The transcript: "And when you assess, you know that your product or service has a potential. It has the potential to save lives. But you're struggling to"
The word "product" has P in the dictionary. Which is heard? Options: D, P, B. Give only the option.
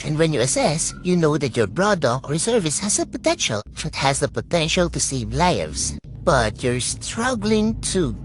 B